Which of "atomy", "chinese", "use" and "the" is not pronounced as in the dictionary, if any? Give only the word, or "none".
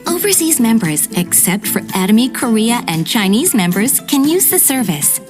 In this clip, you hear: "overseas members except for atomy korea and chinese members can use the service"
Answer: none